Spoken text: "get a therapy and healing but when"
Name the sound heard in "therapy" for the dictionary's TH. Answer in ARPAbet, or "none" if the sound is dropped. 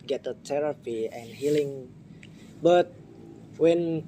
T